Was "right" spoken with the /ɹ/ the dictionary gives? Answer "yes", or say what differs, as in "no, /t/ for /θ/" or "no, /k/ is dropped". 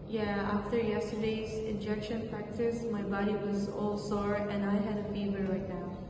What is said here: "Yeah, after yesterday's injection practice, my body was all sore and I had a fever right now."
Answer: no, /l/ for /ɹ/